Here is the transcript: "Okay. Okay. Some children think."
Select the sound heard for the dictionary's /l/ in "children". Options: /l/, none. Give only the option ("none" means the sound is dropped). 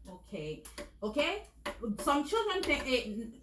/l/